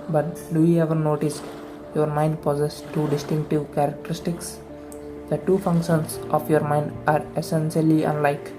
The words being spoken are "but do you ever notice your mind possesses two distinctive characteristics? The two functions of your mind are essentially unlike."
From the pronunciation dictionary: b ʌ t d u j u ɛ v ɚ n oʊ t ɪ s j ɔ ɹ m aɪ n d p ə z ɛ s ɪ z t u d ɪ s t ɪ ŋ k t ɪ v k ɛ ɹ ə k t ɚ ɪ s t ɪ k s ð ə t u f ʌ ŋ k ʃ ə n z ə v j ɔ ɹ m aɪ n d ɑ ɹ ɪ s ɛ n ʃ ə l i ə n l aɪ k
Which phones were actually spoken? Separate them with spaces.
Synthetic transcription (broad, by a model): b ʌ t d u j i ɛ v ɚ n oʊ t ɪ s j ɔ ɹ m aɪ n d p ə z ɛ s t u d ɪ s t ɪ ŋ k t ɪ v k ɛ ɹ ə k t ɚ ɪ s t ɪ k s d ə t u f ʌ ŋ k ʃ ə n s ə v j ɔ ɹ m aɪ n d ɑ ɹ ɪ s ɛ n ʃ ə l i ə n l aɪ k